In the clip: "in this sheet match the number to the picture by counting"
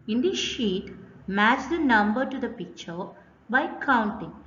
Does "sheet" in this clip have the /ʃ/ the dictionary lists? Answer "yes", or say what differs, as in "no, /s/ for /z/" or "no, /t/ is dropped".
yes